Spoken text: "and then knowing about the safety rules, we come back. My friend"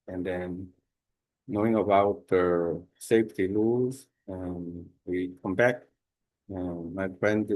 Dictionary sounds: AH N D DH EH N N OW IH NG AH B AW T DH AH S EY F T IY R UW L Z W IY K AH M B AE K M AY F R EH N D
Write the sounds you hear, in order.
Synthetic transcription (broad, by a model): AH N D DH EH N N OW IH NG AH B AW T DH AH S EY F T IY L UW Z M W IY K AH M B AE K M AY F R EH N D